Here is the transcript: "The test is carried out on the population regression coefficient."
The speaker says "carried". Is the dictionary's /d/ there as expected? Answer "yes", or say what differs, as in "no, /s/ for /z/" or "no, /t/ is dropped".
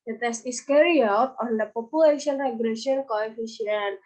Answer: no, /d/ is dropped